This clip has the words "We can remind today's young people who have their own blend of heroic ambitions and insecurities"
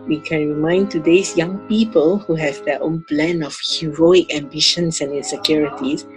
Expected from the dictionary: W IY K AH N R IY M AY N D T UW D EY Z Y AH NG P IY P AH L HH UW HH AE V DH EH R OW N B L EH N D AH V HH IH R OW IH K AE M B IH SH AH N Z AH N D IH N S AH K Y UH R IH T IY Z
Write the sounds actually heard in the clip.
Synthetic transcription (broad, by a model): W IY K AH N R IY M AY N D T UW D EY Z Y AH NG P IY P AH L HH UW HH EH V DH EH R OW N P L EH N AH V HH IH R OW IH K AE M B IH SH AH N S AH N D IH N S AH K Y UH R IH T IY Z